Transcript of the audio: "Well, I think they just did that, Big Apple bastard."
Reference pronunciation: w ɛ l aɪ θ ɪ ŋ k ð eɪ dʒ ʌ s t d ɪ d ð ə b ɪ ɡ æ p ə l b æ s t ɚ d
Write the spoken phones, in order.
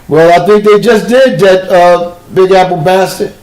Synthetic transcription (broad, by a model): w ɛ l aɪ θ ɪ ŋ k ð eɪ dʒ ʌ s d ɪ d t ə b ɪ ɡ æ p l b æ s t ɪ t